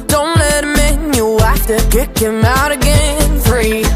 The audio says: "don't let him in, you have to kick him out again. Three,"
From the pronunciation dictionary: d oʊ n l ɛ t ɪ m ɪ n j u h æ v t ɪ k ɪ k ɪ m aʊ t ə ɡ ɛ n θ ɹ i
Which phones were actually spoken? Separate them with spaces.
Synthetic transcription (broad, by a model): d oʊ n l ɛ t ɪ m ɪ n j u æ f t ɪ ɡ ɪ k ɪ m aʊ t ə ɡ ɛ n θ ɹ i